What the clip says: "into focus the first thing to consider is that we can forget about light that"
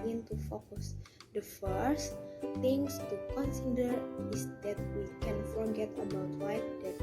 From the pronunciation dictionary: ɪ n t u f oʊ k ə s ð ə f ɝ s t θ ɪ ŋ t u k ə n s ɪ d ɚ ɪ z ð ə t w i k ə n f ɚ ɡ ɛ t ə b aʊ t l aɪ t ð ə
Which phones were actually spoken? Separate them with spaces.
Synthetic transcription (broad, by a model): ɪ n t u f oʊ k ə s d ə f ɝ s t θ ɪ ŋ t u k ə n s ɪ d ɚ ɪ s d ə t w i k ə n f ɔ ɡ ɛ t ə b aʊ t w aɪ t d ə